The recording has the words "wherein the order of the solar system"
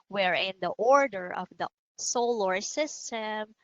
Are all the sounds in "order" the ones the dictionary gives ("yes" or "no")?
yes